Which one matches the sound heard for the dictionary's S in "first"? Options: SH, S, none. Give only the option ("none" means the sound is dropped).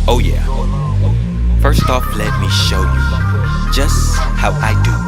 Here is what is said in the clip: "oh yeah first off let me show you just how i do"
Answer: S